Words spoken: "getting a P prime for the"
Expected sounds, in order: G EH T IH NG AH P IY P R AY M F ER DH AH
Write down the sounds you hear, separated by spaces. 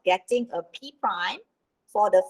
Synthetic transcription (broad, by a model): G EH T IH NG AH P IY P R AY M F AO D AH